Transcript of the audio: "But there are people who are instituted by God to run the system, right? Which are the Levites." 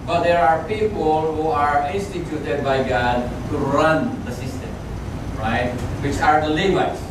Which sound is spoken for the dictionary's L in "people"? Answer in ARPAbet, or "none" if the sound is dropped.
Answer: L